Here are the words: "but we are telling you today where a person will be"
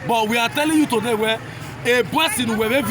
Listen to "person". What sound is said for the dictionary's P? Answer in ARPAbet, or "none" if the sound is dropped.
B